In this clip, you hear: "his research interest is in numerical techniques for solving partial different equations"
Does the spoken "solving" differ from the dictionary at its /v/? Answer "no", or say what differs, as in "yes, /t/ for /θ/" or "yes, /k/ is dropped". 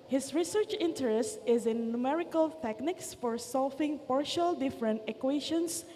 yes, /f/ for /v/